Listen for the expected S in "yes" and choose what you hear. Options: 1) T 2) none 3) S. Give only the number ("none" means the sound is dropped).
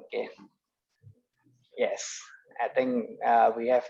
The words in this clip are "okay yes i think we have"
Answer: 3